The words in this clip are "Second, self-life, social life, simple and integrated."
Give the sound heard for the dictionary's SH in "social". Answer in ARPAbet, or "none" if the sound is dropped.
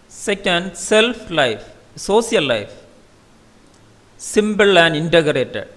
S